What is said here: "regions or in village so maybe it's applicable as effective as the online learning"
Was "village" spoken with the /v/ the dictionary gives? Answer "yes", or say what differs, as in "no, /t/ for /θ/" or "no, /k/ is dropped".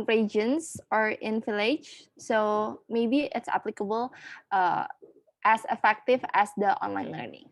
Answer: no, /f/ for /v/